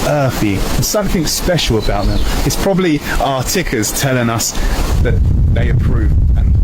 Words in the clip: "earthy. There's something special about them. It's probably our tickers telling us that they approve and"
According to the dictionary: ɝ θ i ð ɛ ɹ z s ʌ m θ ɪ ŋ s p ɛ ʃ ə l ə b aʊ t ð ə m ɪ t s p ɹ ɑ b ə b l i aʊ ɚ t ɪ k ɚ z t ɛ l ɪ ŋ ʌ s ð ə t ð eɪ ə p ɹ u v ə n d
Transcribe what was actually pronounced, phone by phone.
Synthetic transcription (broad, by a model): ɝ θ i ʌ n s ʌ m θ ɪ ŋ s p ɛ ʃ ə l ə b aʊ t ð ə m ɪ t s p ɹ ɑ b ə b l i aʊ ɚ t ɪ k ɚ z t ɛ l ɪ ŋ ʌ s ð ə t ð eɪ ə p ɹ u v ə n